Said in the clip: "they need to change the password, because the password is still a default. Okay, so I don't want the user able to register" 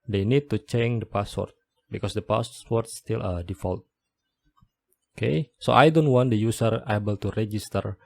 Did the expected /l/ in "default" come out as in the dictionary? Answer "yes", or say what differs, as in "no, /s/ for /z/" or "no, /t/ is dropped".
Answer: yes